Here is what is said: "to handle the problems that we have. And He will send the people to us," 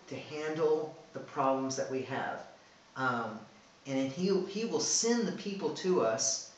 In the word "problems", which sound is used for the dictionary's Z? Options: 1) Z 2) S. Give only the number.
1